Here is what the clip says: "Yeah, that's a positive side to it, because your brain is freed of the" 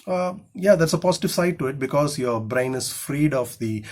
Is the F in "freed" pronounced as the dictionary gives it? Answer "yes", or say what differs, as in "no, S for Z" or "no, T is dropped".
yes